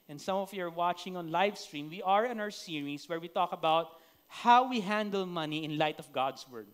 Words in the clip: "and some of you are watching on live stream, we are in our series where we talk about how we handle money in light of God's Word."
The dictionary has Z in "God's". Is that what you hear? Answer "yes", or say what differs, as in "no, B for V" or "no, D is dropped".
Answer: no, S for Z